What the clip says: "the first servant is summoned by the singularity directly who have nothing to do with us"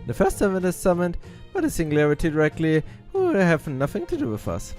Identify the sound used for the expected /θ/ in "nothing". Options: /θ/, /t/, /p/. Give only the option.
/θ/